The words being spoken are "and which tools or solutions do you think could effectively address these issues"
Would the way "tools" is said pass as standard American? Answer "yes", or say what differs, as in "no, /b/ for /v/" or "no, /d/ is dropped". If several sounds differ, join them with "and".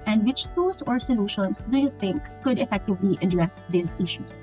no, /l/ is dropped